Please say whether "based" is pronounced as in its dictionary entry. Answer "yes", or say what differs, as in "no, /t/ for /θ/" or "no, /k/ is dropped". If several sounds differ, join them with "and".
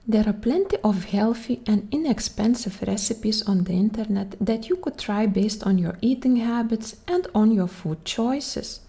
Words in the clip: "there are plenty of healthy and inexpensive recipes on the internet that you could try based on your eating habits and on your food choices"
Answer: yes